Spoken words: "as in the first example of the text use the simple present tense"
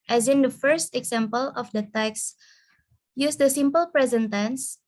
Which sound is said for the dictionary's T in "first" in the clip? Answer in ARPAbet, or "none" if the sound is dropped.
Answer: T